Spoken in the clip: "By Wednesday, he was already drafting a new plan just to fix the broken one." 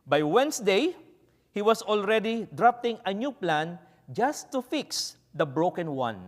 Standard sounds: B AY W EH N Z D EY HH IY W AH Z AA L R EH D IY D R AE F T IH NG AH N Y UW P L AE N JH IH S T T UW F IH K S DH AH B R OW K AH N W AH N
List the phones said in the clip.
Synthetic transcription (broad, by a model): B AY W EH N S D EY HH IY W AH S AA L R EH D IY D R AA P T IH NG AH N Y UW P L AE N JH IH S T T UW F IH K S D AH B R OW K AH N W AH N